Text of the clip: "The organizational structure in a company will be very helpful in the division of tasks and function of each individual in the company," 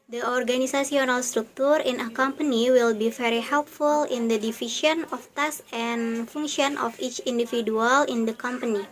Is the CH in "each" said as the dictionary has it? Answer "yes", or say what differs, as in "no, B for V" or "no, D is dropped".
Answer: yes